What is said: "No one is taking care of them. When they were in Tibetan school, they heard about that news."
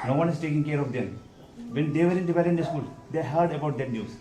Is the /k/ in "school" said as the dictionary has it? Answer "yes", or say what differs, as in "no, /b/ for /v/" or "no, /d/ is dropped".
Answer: yes